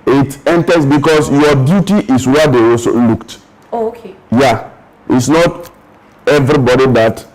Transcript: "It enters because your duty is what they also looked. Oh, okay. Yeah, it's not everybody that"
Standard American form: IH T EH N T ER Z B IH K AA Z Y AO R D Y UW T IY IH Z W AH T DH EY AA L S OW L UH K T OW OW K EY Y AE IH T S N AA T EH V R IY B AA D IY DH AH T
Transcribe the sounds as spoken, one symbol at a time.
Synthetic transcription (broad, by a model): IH T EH N T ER S B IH K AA S Y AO D Y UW T IY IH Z W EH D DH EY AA S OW L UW K T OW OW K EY Y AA IH T S N AA T EH V R IY B AA D IY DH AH T